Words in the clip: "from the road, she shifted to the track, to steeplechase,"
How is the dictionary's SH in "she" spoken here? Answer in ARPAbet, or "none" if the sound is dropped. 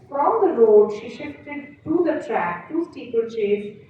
SH